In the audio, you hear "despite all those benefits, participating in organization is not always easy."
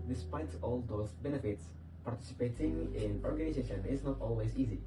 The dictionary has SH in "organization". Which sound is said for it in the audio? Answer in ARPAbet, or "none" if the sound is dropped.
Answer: SH